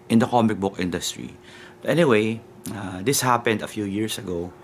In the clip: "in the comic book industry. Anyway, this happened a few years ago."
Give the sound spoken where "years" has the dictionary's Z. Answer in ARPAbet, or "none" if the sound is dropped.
S